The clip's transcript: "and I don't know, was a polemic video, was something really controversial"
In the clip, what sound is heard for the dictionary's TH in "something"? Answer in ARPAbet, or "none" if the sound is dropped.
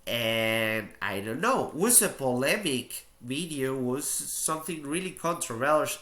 TH